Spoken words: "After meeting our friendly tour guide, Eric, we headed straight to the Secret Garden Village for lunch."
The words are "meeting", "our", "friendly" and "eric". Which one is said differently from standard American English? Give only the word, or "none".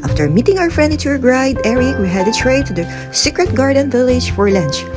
friendly